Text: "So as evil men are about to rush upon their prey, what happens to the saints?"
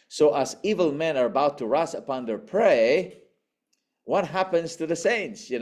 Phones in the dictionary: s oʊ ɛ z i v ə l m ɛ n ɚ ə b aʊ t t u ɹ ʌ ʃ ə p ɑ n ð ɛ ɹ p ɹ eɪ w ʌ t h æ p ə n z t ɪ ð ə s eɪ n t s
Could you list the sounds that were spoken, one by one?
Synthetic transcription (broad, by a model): s oʊ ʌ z i v ə l m ɛ n ɚ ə b aʊ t t u ɹ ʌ s ə p ɑ n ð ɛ ɹ p ɹ eɪ w ʌ t h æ p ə n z t ɪ ð ə s eɪ n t s